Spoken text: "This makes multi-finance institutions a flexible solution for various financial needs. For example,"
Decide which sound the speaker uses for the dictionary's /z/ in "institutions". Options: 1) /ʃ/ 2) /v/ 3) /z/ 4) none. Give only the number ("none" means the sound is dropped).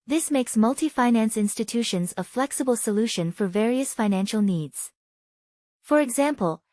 3